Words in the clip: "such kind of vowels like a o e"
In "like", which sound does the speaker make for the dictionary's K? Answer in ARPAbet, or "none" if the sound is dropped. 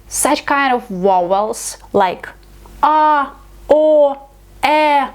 K